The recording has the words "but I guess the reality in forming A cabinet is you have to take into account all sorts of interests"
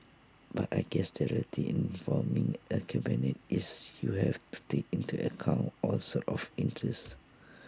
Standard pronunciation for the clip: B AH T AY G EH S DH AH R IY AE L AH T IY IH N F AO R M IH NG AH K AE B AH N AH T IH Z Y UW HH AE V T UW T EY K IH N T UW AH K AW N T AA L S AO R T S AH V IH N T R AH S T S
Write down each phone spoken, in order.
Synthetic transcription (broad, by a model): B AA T AY G EH S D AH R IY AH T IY IH N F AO L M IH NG AH K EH B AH N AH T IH S Y UW HH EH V T UW T EY K IH N T UW AH K AW N T AA L S AO T AH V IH N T R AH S S